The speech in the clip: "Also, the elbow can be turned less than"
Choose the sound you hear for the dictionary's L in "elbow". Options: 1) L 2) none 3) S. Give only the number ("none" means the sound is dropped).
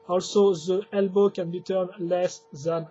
1